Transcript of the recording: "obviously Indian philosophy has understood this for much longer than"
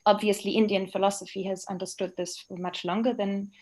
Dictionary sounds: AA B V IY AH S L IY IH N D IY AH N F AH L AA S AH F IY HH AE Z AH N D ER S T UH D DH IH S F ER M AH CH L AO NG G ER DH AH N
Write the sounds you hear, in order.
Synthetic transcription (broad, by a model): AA B V IY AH S L IY IH N D IY AH N F AH L AA S AH F IY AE Z AH N D ER S T UH D DH IH S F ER M AH CH L AO NG G ER DH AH N